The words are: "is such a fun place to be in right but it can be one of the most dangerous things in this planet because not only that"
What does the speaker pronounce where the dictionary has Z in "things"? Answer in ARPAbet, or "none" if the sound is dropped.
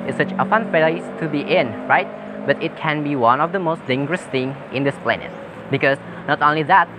none